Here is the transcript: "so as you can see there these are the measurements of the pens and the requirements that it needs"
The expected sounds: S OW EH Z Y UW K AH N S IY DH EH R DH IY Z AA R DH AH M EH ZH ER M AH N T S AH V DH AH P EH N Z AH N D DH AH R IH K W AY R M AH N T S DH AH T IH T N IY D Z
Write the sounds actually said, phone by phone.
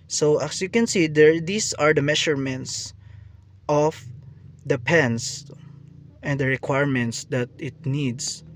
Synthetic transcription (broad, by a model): S OW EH S Y UW K AH N S IY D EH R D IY S AA R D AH M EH SH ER M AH N T S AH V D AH P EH N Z AH N D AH R IH K W AY R M AH N T S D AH T IH T N IY D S